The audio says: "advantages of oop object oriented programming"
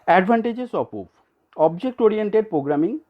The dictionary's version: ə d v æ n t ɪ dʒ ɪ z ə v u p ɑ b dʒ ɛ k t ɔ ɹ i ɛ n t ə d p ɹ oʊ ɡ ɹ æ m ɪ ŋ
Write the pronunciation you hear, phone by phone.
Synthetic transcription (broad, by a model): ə d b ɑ n t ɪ dʒ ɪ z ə p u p ɑ b dʒ ɛ k t ɔ ɹ i ɛ n t ə d p ɹ oʊ ɡ ɹ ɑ m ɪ ŋ